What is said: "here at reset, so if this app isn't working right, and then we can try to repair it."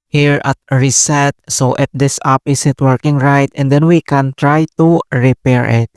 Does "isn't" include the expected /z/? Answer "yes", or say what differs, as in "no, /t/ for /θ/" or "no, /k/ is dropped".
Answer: no, /s/ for /z/